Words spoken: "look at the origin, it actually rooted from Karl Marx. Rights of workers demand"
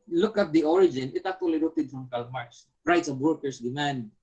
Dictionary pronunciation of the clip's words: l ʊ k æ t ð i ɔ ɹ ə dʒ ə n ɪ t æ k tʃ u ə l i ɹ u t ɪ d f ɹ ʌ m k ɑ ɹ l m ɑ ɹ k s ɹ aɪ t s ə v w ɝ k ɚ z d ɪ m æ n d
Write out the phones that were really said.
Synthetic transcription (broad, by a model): l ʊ k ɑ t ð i ɔ ɹ ə dʒ ə n ɪ t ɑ k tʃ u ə l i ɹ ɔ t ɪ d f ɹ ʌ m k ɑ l m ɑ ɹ s ɹ aɪ t s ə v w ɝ k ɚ s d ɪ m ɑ n d